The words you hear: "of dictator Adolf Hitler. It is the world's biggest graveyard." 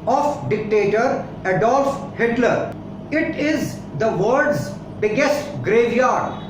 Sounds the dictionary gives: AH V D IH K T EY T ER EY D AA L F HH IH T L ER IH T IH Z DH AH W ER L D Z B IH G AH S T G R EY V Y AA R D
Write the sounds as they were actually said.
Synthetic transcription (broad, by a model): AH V D IH K T EY T ER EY D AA L F HH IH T L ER IH T IH Z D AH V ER D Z B IH G AH S T G R EY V Y AA R D